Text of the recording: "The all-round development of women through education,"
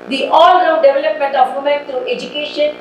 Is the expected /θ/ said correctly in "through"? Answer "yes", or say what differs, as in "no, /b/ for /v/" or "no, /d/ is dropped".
no, /t/ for /θ/